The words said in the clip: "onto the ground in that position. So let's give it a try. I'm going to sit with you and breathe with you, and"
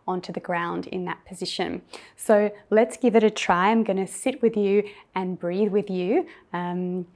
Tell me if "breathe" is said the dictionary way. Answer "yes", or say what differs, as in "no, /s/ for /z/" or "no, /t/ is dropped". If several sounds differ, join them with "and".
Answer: yes